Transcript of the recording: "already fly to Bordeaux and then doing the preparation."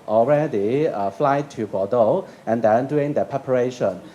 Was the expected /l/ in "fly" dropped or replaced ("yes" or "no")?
no